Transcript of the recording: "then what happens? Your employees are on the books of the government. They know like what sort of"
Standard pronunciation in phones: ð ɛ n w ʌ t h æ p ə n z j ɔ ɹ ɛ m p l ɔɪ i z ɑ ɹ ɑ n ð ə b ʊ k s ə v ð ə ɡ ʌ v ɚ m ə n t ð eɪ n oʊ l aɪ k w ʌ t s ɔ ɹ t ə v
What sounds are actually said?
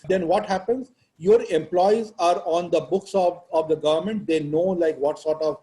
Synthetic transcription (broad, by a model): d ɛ n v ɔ t h æ p ə n z j ɔ ɹ ɛ m p l ɔɪ i z ɑ ɹ ɑ n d ə b ʊ k s ə v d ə ɡ ʌ v ɚ m ə n t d eɪ n oʊ l aɪ k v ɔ t s ɔ ɹ t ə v